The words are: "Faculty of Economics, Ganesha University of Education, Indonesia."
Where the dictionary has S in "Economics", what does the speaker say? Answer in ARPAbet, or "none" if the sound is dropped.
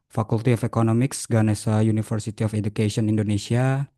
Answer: S